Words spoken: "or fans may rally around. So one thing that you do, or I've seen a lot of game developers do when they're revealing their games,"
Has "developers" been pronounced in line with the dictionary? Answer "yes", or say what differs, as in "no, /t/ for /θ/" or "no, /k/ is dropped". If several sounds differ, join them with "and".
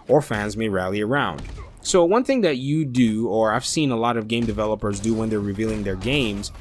yes